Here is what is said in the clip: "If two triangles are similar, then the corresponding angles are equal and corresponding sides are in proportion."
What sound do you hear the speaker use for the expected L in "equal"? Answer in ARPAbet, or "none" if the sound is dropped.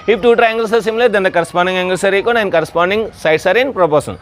N